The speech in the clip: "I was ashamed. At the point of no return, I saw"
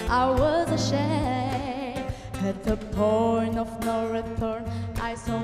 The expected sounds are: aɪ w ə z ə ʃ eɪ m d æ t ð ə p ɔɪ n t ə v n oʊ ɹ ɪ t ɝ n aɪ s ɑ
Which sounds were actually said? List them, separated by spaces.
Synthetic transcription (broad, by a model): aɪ w ə z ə ʃ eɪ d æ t ð ə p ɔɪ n ə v n oʊ ɹ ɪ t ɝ n aɪ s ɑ